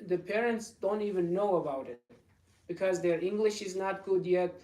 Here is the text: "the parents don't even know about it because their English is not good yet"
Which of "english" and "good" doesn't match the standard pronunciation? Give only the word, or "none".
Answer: none